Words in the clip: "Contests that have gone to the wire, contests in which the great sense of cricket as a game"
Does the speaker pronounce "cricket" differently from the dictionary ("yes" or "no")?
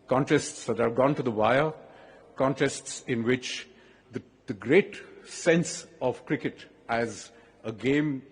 no